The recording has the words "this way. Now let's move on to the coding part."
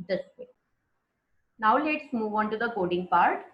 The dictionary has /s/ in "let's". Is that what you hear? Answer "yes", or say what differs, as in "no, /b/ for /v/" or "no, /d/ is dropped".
yes